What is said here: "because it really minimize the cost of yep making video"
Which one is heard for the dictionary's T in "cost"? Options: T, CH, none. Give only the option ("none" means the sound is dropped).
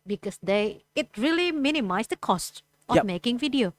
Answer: T